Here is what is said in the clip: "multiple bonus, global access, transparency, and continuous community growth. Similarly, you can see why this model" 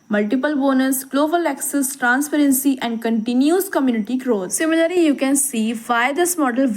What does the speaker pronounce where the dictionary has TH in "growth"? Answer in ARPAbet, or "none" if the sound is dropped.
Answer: T